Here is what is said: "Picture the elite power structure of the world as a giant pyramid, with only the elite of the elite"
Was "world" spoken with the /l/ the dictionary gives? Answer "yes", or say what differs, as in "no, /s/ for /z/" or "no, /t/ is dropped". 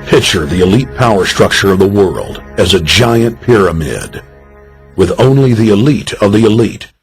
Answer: yes